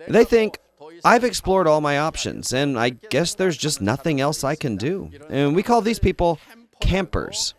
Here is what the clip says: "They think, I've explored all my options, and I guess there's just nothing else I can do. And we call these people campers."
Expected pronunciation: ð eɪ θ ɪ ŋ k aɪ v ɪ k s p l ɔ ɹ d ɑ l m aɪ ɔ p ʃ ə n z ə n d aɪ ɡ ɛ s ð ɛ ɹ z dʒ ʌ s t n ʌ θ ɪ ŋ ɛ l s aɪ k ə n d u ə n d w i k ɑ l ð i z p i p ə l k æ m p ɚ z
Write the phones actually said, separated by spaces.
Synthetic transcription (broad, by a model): ð eɪ θ ɪ ŋ k aɪ v ɪ k s p l ɔ ɹ d ɑ l m aɪ ɔ p ʃ ə n z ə n aɪ ɡ ɛ s ð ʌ ɹ z dʒ ʌ s t n ʌ θ ɪ ŋ ɛ l s aɪ k ə n d u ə n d w i k ɑ l ð i z p i p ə l k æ m p ɚ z